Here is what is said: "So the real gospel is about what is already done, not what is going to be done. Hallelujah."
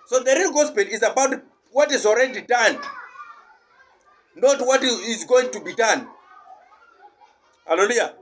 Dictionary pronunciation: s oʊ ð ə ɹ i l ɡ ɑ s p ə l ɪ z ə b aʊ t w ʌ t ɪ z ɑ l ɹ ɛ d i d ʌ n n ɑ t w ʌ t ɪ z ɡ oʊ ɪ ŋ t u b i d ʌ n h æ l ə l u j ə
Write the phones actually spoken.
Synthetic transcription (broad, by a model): s oʊ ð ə ɹ i l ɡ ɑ s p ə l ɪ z ə b aʊ t w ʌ t ɪ z ɑ l ɹ ɛ d i d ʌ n n ɑ t w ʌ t ɪ z ɡ oʊ ɪ ŋ t u b i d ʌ n h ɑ l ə l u j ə